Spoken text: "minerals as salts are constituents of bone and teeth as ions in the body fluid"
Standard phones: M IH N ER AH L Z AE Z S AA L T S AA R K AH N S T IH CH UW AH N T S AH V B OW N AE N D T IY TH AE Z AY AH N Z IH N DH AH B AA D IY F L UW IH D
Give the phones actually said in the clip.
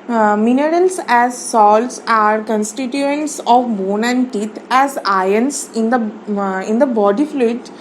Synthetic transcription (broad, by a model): M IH N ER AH L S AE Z S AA L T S AA R K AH N S T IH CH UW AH N T S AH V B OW N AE N D T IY T AE Z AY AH N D IH N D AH B AA D IY F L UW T